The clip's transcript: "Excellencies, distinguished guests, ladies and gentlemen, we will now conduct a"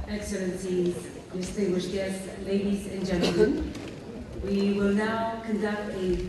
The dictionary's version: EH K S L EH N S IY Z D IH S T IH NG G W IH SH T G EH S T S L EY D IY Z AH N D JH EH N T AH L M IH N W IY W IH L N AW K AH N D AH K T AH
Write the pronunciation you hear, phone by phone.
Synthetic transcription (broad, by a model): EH K S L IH N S IY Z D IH S T IH NG G W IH SH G EH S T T L EY D IY Z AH N JH EH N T L M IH N W IY W IH L N AW K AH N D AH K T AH